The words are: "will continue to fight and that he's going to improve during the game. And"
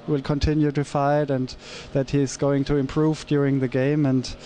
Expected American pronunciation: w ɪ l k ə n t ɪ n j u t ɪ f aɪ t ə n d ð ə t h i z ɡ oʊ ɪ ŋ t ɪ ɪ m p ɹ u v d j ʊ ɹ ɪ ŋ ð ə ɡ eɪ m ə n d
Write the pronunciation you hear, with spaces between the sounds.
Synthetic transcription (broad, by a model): w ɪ l k ə n t ɪ n j u t ɪ f aɪ t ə n ð ə t h i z ɡ oʊ ɪ ŋ t ɪ ɪ m p ɹ u v d j ʊ ɹ ɪ ŋ ð ə ɡ eɪ m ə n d